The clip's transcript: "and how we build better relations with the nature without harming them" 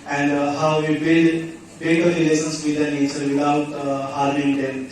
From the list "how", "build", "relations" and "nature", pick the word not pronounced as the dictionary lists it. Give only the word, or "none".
relations